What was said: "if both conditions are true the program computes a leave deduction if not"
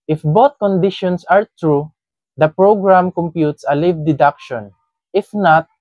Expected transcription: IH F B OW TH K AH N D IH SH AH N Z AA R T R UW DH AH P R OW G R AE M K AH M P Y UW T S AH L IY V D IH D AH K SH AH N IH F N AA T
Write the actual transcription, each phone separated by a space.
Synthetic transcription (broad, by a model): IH F B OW T K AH N D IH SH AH N S AA R T R UW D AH P R OW G R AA M K AH M P Y UW T S AH L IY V D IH D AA K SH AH N IH F N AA T